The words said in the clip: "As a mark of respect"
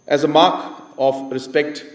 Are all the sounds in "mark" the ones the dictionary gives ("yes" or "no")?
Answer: yes